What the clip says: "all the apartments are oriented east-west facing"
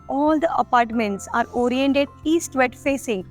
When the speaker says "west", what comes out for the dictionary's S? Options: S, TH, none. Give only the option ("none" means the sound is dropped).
none